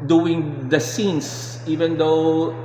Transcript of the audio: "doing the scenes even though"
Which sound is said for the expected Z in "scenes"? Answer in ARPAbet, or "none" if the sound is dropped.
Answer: S